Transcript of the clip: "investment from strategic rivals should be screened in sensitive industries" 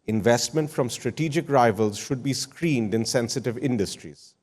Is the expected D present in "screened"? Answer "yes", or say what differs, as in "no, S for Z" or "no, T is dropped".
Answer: yes